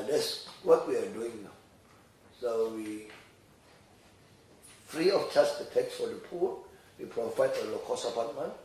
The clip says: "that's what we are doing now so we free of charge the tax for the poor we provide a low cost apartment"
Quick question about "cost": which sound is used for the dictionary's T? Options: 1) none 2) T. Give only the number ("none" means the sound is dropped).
1